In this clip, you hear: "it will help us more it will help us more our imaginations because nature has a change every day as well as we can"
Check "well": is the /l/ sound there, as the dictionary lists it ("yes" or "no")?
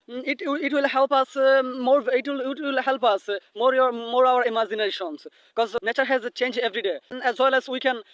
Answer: yes